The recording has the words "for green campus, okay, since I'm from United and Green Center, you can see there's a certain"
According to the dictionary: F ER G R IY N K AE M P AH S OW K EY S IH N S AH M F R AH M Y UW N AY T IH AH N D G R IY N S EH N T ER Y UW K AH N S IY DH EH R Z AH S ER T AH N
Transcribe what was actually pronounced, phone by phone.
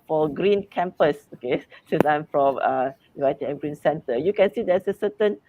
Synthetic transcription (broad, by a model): F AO G R IY N K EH M P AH S OW K EY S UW S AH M F R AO M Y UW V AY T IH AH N G R IY N S EH N T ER Y UW K AH N S IY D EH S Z AH S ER T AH N